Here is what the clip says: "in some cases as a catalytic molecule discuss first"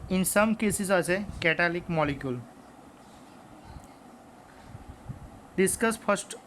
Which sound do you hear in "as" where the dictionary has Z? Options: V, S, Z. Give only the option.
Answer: S